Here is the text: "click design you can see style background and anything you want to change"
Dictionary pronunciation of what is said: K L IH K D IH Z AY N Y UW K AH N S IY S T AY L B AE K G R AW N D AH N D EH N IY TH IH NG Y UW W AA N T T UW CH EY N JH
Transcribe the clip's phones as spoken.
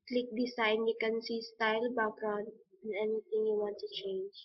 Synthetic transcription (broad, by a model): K L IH K D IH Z AY N Y UW K AH N S IY S T AY L B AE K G R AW N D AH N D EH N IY T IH NG Y UW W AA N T T UW CH EY N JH